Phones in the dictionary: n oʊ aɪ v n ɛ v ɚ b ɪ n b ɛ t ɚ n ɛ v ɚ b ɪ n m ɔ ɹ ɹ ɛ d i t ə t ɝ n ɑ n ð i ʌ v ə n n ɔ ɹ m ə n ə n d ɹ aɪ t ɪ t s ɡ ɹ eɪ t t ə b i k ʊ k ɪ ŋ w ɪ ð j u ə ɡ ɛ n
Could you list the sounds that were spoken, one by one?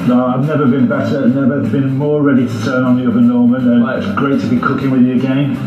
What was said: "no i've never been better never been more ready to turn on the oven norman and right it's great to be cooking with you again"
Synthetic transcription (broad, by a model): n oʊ aɪ v n ɛ v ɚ b ɪ n b ɛ t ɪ n ɛ v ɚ b ɪ n m ɔ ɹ ɹ ɛ d i t ə t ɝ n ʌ n ð i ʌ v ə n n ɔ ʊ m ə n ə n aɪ ɪ t s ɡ ɹ eɪ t t ə b i k ʊ k ɪ ŋ w ɪ ð j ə ɡ ɛ n